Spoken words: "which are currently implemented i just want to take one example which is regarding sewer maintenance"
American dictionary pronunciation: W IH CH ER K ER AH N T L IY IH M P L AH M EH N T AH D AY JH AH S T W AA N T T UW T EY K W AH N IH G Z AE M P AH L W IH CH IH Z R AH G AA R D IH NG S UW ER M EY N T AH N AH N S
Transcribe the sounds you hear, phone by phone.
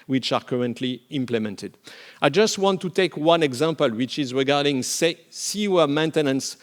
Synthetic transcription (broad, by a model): W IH CH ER K ER AH N T L IY IH M P L AH M EH N T AH D AY JH AH S T W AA N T T UW T EY K W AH N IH G Z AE M P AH L W IH CH IH Z R AH G AA R D IH NG S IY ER M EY N T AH N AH N S